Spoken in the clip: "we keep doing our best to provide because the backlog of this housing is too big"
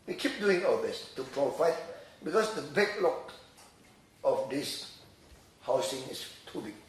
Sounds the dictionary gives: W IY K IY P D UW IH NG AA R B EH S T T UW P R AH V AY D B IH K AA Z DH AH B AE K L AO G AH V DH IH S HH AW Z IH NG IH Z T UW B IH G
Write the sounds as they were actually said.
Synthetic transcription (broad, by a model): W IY K IY P D UW IH NG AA L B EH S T T UW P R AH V AY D B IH K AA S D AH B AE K L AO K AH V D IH S HH AW S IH NG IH S T UW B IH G